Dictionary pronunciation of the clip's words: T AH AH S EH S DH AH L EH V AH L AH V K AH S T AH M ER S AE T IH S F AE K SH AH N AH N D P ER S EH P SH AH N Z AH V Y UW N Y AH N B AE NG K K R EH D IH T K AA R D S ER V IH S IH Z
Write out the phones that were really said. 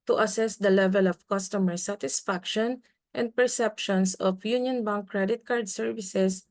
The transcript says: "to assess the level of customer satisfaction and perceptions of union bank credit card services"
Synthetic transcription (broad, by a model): T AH AH S EH S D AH L EH V AH L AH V K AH S T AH M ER S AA T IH S F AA K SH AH N AH N D P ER S EH P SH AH N S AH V Y UW N Y AH N B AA NG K K R EH D IH T K AA R D S ER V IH S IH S